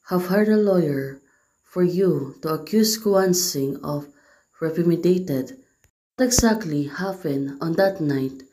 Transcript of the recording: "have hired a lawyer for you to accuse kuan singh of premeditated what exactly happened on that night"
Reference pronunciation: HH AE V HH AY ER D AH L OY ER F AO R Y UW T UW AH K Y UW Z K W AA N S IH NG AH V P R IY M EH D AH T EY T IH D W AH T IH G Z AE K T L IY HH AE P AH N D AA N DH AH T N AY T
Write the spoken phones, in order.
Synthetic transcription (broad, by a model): HH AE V HH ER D AH L OY ER F AO R Y UW T UW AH K Y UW S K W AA N S IH NG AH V R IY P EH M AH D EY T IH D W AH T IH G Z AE K T L IY HH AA F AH N AA N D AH T N AY T